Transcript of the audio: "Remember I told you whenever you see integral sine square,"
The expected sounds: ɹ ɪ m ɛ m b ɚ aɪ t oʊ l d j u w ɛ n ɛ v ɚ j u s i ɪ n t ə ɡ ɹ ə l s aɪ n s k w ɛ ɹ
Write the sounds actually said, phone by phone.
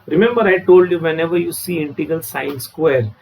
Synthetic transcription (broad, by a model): ɹ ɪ m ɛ m b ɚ aɪ t oʊ l d j u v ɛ n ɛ v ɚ j u s i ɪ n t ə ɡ ə l s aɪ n s k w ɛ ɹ